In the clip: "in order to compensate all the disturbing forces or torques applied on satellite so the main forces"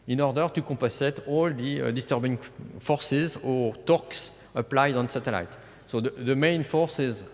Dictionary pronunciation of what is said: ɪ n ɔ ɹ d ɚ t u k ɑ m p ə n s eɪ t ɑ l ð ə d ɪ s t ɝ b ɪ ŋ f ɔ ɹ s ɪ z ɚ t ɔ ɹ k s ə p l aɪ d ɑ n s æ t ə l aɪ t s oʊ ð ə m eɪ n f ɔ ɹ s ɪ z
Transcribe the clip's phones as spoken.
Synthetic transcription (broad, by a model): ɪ n ɔ ɹ d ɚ t u k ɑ p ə s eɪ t ɑ l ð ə d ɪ s t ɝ b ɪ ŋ f ɔ ɹ s ɪ z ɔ t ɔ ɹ k s ə p l aɪ d ɑ n s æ t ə l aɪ t s oʊ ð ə m eɪ n f ɔ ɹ s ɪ z